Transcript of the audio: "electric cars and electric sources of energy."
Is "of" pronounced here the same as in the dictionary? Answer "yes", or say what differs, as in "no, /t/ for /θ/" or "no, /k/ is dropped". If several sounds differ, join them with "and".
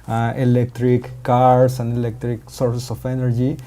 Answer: no, /p/ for /v/